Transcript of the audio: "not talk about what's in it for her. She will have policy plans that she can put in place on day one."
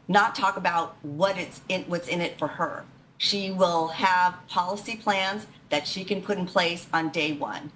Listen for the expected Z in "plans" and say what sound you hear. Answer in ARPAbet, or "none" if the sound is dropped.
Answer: Z